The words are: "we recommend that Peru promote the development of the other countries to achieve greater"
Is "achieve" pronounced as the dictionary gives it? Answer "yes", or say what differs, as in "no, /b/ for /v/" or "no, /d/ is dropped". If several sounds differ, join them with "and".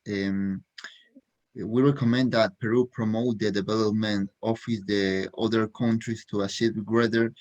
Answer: no, /s/ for /tʃ/